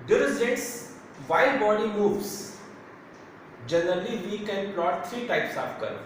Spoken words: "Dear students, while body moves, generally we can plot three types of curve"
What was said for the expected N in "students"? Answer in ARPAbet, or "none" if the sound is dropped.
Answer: none